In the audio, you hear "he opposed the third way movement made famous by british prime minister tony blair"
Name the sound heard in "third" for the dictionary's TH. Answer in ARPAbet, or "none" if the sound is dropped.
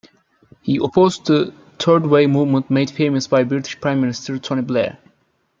T